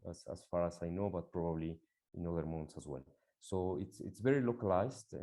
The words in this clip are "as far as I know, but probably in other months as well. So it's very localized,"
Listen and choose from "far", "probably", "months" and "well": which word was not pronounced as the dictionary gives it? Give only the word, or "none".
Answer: months